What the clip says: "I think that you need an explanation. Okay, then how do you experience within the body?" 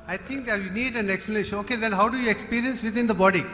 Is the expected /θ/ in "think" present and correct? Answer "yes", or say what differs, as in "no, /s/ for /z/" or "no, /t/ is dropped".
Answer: no, /t/ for /θ/